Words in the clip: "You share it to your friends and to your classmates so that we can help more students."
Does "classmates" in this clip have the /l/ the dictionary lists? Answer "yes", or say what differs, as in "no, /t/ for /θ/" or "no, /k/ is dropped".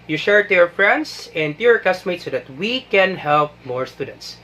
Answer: no, /l/ is dropped